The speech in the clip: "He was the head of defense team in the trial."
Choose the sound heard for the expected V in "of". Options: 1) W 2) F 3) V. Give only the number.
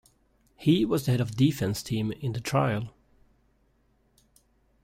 3